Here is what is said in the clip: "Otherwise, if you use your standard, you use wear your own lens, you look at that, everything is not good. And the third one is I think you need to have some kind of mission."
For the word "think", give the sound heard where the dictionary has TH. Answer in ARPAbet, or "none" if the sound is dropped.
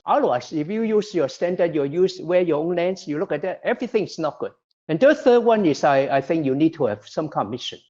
TH